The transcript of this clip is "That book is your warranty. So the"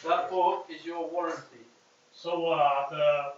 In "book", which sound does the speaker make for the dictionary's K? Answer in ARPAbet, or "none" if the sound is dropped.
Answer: none